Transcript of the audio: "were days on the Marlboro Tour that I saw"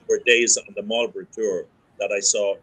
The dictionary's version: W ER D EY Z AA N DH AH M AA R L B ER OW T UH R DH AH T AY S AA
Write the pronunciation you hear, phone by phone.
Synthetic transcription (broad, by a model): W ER D EY Z N DH AH M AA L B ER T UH R DH AH T AY S AA